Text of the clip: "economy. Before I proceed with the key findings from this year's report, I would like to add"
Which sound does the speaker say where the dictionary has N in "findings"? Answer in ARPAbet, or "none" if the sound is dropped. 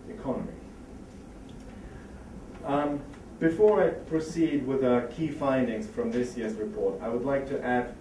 N